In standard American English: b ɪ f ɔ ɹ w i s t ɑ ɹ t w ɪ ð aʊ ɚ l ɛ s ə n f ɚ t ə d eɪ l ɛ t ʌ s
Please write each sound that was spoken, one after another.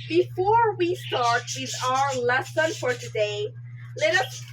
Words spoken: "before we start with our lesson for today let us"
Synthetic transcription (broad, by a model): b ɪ f ɔ ɹ w i s t ɑ ɹ t w ɪ ð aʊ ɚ l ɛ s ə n f ɚ t ə d eɪ l ɛ t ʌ s